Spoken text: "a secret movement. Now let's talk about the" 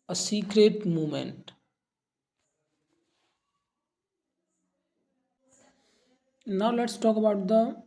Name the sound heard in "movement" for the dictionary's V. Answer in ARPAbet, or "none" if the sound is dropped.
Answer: none